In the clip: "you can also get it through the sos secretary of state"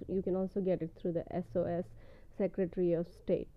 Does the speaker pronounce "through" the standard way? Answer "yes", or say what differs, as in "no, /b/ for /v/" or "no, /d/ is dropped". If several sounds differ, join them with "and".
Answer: no, /t/ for /θ/